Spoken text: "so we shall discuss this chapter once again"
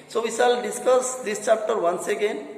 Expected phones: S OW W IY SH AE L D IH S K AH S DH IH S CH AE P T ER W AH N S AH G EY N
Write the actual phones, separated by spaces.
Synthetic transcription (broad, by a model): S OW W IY S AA L D IH S K AH S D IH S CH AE P T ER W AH N S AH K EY N